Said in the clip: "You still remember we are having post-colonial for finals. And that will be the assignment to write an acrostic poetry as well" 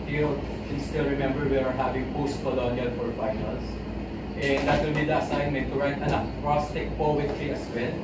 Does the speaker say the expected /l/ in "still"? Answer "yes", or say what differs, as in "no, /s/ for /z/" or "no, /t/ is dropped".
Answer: yes